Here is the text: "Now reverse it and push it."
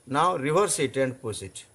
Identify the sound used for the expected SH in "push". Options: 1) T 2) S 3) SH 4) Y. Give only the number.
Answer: 2